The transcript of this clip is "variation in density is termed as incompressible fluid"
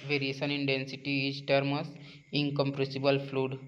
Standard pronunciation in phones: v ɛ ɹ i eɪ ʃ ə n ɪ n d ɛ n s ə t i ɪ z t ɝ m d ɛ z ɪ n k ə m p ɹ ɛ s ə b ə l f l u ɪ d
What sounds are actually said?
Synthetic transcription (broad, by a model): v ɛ ɹ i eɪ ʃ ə n ɪ n d ɛ n s ə t i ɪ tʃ t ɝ m ɔ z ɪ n k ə m p ɹ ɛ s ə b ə l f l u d